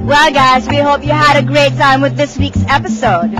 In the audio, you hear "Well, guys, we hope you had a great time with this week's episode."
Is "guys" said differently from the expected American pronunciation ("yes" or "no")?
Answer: no